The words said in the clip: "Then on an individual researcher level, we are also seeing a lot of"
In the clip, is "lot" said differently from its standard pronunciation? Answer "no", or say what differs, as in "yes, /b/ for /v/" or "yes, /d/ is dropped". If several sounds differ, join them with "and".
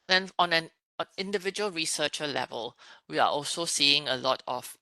no